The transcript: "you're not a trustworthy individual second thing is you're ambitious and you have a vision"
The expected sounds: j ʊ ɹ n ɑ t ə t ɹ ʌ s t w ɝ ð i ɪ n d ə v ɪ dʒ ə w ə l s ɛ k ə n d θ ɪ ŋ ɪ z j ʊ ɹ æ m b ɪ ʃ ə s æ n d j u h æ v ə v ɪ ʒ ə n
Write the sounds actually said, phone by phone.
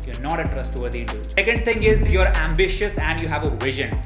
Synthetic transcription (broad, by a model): j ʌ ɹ n ɑ t ə t ɹ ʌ s t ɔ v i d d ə ɪ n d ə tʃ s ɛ k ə n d t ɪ ŋ ɪ z j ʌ ɹ æ m b ɪ ʃ ə s æ n d j u h æ v ə v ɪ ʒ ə n